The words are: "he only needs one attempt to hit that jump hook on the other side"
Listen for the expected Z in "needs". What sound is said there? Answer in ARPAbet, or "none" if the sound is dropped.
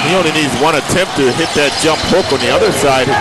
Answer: Z